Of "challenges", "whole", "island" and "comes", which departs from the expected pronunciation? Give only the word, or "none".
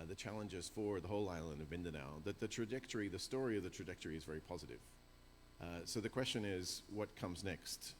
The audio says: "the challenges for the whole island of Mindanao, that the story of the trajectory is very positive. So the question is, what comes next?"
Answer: none